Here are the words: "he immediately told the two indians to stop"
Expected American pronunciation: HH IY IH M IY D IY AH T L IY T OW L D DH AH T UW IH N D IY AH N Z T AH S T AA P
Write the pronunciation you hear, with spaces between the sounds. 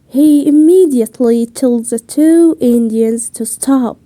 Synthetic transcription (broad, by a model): HH IY IH M IY D IY AH T L IY T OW L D DH AH T UW IH N D IY AH N Z T AH S T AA P